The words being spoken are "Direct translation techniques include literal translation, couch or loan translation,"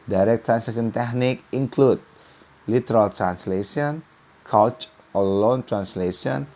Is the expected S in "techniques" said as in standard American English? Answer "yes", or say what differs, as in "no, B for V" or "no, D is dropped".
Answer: no, S is dropped